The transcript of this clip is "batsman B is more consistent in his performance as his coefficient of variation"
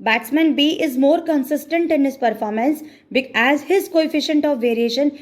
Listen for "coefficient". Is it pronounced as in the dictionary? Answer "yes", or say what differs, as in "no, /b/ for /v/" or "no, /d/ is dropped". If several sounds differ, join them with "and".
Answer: yes